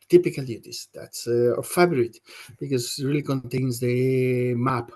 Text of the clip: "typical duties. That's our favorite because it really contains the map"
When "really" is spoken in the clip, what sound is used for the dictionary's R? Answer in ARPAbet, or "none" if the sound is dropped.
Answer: R